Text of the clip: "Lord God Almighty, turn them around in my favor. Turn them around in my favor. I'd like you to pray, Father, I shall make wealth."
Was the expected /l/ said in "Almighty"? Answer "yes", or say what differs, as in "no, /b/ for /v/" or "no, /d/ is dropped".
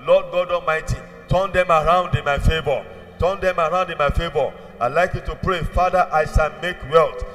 no, /l/ is dropped